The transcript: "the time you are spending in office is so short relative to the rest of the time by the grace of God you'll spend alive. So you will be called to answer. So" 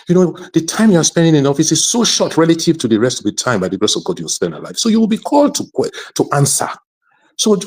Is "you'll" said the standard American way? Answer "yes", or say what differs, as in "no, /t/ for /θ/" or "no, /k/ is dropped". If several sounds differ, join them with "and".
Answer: no, /w/ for /l/